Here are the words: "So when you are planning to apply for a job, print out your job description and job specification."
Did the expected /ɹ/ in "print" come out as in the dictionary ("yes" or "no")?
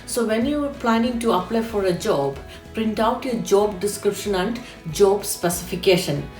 yes